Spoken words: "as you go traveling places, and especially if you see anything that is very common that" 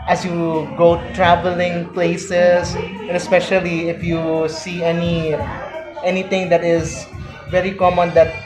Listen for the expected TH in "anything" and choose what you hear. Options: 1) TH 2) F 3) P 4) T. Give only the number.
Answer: 4